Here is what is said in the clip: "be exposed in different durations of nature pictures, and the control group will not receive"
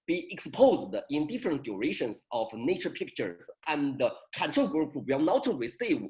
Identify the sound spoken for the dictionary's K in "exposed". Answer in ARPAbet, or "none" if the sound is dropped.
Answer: K